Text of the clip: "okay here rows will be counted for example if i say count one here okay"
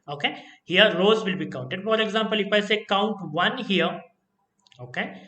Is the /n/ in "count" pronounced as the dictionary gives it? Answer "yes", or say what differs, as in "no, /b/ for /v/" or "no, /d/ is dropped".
yes